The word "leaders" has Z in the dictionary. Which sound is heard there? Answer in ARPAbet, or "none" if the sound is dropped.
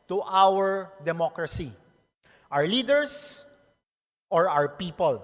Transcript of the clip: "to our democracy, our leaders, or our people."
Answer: S